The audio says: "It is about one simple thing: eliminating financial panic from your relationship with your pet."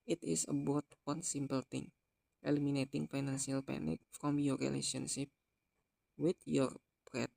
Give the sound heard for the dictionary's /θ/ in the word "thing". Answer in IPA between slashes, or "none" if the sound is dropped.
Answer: /t/